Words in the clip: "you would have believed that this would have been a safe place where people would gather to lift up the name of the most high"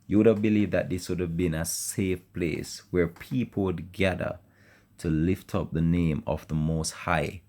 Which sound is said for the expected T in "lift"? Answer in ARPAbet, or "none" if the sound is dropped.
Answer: T